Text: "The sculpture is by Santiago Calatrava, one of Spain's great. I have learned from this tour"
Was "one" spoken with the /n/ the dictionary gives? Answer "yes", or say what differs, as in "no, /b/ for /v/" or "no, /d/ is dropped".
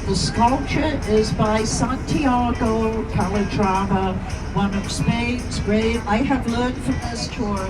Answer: yes